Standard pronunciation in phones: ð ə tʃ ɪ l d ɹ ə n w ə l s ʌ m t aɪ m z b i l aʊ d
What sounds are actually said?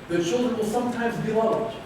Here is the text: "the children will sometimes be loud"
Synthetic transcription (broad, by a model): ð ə tʃ ɪ l d ɹ ə n w ə l s ʌ m t aɪ m z b i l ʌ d